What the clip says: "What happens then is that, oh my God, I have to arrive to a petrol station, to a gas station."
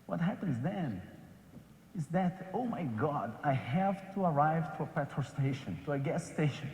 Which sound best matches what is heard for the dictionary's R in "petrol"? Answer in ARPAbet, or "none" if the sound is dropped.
none